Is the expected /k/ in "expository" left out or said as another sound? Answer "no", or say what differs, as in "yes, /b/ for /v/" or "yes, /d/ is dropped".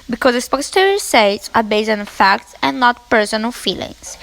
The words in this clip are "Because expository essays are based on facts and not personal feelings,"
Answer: yes, /k/ is dropped